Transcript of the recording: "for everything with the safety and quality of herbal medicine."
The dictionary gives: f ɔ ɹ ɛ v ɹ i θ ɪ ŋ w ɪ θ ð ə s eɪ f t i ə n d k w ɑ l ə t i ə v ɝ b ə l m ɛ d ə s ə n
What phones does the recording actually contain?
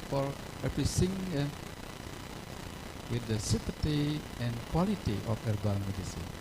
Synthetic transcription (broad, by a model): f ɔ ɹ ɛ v ɹ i s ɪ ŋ w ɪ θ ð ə s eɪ p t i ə n k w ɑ l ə t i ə f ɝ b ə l m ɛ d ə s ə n